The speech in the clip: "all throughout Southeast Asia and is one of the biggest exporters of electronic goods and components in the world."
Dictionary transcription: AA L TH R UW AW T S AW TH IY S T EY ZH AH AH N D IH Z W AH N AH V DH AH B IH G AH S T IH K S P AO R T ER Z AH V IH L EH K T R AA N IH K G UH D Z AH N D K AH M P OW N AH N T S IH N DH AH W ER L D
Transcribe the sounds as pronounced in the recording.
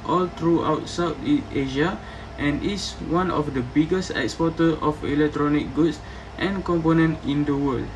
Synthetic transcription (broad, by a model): AA L T R UW AW T S AW T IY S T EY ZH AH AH N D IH S W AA N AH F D AH B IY G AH S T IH K S P AO T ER AH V IH L EH K T R AA N IH K G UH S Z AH N K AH M P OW N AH N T IH N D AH W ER L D